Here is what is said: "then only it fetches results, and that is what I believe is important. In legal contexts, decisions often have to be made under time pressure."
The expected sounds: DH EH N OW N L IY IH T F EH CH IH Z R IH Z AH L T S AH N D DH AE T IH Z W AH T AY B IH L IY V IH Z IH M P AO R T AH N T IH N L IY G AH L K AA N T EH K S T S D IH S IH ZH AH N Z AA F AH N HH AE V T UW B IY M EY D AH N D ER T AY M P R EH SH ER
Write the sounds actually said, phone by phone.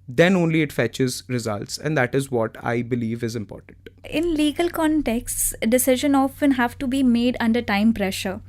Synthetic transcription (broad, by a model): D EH N OW N L IY IH T F EH CH IH Z R IH Z AH L T S AH N D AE T IH Z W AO T AY B IH L IY V IH Z IH M P AO R T AH N T IH N L IY G AH L K AA N T EH K S T S D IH S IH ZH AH N AA F AH N HH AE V T UW B IY M EY D AH N D ER T AY M P R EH SH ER